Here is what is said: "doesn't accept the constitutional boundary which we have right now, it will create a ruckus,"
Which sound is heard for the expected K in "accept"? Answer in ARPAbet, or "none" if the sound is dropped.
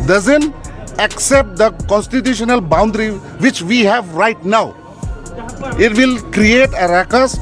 K